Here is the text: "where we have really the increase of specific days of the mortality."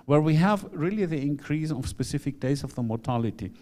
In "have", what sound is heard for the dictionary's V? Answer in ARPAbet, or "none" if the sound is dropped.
V